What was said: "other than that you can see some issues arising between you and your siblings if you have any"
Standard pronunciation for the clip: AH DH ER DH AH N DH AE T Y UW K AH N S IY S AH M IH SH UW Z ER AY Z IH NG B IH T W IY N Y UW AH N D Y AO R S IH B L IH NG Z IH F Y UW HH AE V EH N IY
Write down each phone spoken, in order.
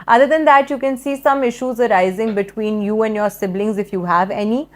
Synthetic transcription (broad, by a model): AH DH ER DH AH N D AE T Y UW K AH N S IY S AH M IH SH UW Z ER AY Z IH NG B IH T W IY N Y UW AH N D Y AO R S IH B L IH NG Z IH F Y UW HH AE V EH N IY